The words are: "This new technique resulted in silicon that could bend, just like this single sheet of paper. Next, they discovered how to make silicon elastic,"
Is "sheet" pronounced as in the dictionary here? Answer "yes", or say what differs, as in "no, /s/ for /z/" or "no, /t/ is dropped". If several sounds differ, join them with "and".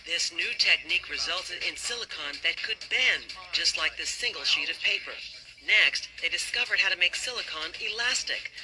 yes